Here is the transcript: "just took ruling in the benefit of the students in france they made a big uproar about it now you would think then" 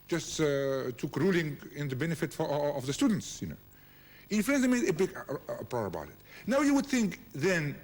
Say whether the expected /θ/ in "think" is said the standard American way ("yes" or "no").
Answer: yes